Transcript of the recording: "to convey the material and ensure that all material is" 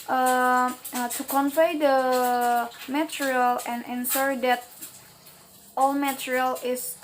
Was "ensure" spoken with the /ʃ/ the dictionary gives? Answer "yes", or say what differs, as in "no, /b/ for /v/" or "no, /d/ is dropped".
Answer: no, /s/ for /ʃ/